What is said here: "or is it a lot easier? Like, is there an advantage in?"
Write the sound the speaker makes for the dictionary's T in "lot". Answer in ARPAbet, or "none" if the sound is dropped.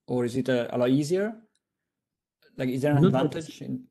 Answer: none